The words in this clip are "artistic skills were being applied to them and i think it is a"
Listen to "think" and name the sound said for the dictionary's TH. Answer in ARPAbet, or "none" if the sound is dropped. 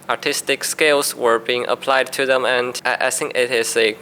S